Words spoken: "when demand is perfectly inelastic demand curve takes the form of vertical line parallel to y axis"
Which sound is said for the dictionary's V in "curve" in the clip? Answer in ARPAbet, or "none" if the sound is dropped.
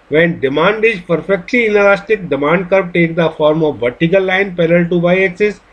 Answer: P